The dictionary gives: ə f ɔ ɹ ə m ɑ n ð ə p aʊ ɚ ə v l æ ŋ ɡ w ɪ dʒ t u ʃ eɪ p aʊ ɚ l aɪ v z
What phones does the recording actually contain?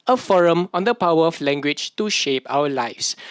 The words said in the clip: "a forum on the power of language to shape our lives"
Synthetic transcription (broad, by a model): ə f ɔ ɹ ə m ɑ n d ə p aʊ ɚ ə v l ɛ ŋ ɡ w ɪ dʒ t u ʃ eɪ p aʊ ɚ l aɪ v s